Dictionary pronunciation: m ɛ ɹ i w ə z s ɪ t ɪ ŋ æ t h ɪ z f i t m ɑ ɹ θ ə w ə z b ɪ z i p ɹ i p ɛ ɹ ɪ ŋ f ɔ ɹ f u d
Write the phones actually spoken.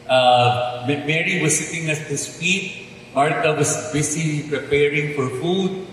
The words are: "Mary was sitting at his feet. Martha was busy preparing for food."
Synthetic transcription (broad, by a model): m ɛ ɹ i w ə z s ɪ t ɪ ŋ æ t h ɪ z f i t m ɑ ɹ t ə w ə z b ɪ s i p ɹ i p ɛ ɹ ɪ ŋ f ɔ ɹ f u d